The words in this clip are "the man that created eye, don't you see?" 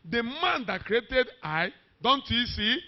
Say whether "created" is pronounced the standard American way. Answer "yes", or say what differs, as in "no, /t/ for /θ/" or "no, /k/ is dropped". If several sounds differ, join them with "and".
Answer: yes